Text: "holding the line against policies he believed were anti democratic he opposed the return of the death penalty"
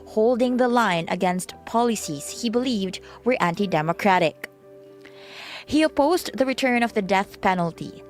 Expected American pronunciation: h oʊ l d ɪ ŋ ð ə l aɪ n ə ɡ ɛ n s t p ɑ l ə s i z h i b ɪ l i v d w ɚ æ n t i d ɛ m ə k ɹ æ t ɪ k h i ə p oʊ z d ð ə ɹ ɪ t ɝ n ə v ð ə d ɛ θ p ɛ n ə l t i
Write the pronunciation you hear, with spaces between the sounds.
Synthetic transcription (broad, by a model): h oʊ l d ɪ ŋ ð ə l aɪ n ə ɡ ɛ n s t p ɑ l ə s i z h i b ɪ l i v d w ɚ æ n t i d ɛ m ə k ɹ æ t ɪ k h i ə p oʊ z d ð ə ɹ ɪ t ɝ n ə v ð ə d ɛ θ p ɛ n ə l t i